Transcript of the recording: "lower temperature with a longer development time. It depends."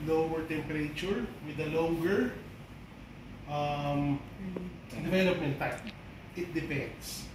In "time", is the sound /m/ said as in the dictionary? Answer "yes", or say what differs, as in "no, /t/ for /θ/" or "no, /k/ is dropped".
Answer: no, /m/ is dropped